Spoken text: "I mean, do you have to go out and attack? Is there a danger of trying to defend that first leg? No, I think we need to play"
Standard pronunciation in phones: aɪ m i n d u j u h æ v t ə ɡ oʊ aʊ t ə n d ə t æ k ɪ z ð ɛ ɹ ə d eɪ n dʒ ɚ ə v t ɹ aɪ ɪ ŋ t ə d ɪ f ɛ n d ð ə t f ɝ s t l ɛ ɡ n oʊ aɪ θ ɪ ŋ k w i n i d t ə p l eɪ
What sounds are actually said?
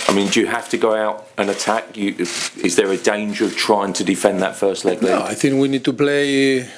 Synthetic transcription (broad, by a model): aɪ m i n d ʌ j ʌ h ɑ f t ə ɡ oʊ aʊ t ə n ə t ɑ k ɪ z ð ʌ ɹ ə d eɪ n dʒ ɚ ə v t ɹ aɪ ɪ ŋ t ə d ɪ f ɛ n ð ə t f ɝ s t l ɛ ɡ l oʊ aɪ θ ɪ ŋ k w i n i d t ə p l eɪ